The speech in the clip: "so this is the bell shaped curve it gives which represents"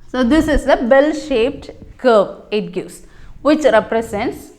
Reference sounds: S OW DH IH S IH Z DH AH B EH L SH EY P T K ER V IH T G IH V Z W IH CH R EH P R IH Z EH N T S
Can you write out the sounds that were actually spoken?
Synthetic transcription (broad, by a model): S OW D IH S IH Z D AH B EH L SH EY P T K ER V IH T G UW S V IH CH R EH P R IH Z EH N T S